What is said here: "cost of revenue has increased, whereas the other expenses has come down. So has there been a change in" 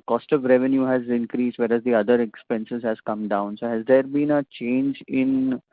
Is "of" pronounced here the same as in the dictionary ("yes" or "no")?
yes